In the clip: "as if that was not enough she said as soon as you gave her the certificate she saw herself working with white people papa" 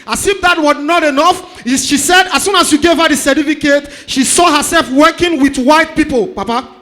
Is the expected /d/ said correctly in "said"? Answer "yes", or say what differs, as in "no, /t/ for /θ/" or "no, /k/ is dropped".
yes